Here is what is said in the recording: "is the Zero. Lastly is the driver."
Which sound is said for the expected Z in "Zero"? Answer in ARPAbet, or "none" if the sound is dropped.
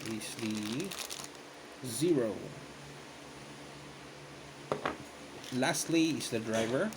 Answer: Z